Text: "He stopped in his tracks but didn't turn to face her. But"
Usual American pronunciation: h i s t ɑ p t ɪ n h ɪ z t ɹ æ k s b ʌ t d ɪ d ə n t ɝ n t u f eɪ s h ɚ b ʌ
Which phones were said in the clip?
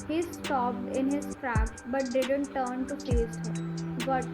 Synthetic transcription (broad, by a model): h i s t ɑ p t ɪ n h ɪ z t ɹ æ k b ʌ t d ɪ d ə n t ɝ n t u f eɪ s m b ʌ